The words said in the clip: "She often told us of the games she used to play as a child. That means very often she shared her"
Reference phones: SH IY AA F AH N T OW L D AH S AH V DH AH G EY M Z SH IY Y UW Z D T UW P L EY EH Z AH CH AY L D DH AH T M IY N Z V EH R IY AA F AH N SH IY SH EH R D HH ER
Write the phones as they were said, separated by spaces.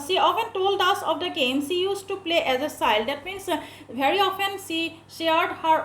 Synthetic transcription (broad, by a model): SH IY AA F AH N T OW L D AH S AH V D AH G EY M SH IY Y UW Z T UW P L EY EH Z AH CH AY L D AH T M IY N S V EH R IY AA F AH N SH IY SH EH R D HH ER